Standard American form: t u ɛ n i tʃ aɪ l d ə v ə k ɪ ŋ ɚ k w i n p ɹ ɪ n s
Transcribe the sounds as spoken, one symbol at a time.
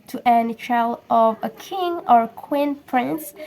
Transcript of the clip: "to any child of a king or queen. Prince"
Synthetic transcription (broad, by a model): t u ɛ n i tʃ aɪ l ə v ə k ɪ ŋ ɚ k w i n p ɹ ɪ n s